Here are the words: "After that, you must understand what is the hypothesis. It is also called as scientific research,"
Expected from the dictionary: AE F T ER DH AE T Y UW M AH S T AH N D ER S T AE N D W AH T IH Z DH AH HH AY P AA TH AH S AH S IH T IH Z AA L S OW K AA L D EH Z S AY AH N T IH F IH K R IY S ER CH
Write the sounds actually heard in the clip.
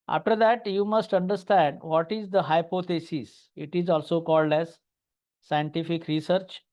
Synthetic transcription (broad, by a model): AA F T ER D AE T Y UW M AH S T AH N D ER S T AE N D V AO T IH Z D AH HH AY P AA T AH S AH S IH T IH Z AA L S OW K AA L D EH Z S AY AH N T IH F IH K R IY S ER CH